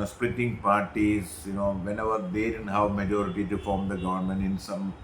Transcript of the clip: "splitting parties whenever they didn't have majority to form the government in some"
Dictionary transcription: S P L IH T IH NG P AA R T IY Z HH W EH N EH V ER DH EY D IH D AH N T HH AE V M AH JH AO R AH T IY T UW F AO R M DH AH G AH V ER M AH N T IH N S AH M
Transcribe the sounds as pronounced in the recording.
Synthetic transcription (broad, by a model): S P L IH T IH NG P AA R T IY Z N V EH N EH V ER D EY D IH D AH N T HH AE V M AH JH AO R AH T IY T UW F AO R M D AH G AH V ER M AH N T IH N S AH M